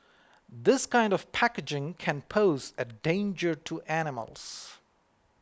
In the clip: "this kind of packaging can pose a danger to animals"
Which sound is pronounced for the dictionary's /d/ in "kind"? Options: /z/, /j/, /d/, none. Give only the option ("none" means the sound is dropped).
/d/